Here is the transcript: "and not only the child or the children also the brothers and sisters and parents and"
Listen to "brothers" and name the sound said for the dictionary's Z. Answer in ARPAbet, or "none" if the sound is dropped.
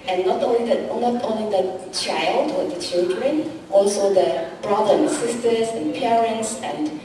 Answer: none